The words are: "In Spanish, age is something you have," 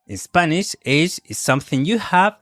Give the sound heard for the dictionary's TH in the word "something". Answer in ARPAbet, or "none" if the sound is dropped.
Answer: TH